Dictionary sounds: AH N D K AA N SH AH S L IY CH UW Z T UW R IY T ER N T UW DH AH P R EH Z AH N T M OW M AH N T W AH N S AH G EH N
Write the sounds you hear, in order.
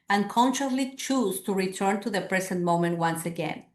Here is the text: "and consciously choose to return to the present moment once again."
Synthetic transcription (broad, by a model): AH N K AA N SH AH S L IY CH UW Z T UW R IY T ER N T UW DH AH P R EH S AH N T M OW M AH N T W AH N S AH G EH N